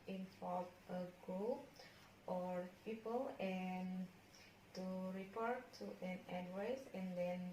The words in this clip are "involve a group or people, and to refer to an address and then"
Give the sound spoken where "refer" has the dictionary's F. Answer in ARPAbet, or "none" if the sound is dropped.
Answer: P